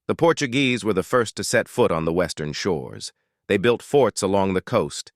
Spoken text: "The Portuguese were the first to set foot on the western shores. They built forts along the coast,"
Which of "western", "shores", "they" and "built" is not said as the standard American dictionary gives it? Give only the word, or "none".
none